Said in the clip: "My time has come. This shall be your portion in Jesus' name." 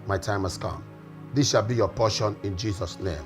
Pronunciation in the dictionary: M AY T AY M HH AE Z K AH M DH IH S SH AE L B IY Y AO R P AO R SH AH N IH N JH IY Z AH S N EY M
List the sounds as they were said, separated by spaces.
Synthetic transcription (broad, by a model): M AY T AY M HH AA S K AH M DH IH S SH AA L B IY Y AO P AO SH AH N IH N JH IY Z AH S N EY M